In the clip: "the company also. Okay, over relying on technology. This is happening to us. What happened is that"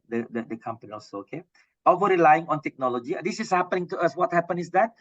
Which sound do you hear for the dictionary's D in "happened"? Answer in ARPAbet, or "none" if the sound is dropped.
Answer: none